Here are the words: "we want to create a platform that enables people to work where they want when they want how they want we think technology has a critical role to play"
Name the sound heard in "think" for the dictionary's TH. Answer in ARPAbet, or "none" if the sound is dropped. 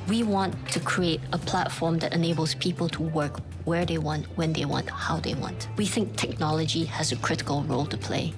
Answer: TH